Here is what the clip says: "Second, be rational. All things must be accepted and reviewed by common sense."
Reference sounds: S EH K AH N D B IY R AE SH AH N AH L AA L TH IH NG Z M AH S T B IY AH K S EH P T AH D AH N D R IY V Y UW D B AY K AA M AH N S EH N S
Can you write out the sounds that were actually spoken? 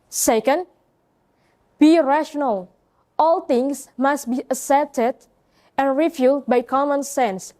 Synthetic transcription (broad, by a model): S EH K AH N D B IY R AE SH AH N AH L AA L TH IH NG S M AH S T B IY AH S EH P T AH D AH N R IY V Y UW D B AY K AA M AH N S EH N S